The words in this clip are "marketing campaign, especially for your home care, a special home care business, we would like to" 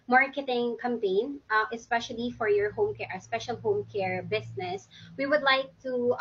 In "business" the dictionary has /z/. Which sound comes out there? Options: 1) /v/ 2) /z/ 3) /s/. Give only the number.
3